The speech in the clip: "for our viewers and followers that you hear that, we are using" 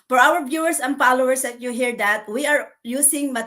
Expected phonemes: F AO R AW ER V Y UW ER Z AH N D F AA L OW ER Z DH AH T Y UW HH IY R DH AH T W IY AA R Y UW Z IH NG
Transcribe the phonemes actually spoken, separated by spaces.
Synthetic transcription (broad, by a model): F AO R AW ER B Y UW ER S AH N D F AA L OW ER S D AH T Y UW HH IY R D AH T W IY AA R Y UW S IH NG